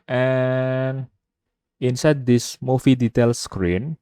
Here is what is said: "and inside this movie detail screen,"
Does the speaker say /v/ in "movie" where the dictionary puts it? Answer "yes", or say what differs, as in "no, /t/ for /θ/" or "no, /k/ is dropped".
no, /f/ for /v/